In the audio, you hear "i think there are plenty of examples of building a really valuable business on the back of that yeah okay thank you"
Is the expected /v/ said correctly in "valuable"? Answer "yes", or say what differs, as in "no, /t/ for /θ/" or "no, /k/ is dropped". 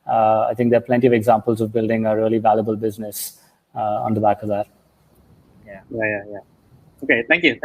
yes